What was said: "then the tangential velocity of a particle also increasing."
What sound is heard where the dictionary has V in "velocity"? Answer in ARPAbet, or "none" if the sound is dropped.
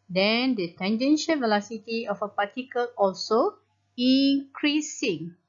V